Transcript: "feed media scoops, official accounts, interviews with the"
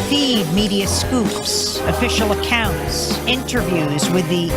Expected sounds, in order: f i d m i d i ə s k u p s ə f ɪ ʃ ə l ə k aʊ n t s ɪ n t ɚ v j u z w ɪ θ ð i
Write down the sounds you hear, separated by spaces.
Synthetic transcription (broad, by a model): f i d m i d i ə s k u p s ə f ɪ ʃ l ə k aʊ n t s ɪ n t ɚ v j u z w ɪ ð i